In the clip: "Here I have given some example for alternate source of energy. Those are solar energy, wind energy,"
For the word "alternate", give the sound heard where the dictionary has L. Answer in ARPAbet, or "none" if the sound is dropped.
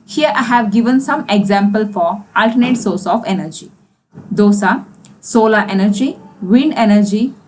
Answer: L